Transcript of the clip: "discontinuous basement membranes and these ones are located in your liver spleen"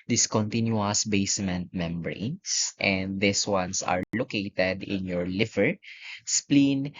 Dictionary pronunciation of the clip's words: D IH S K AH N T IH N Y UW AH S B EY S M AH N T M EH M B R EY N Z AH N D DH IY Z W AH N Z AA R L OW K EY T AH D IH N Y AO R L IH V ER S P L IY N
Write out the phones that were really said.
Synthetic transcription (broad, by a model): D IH S K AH N T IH N Y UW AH S B EY S M AH N T M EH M B R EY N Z AH N D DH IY S W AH N S AA R L OW K EY T AH D IH N Y AO R L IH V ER S P L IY N